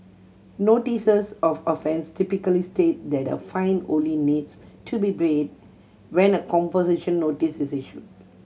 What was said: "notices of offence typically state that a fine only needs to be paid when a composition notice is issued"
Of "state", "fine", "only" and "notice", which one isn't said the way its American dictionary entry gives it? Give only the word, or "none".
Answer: only